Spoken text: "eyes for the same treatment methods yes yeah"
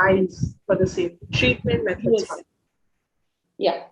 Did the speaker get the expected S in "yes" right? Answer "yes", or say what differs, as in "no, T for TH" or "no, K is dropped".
no, S is dropped